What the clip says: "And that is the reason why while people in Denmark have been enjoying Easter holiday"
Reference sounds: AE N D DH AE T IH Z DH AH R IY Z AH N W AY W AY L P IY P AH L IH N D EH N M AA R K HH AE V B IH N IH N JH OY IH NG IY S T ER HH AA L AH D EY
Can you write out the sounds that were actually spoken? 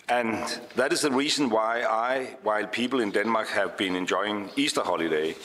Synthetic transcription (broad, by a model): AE N DH AE T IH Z DH AH R IY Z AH N W AY W AY L P IY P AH L IH N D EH N M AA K HH AE V B IH N IH N JH OY IH NG IY S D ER HH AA L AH D EY